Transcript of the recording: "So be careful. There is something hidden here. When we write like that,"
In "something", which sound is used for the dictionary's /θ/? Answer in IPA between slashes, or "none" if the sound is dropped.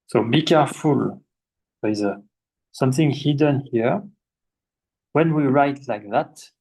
/θ/